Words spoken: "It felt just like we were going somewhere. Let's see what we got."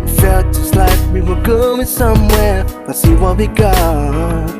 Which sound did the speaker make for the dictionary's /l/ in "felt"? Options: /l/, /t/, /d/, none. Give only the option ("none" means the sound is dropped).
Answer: /l/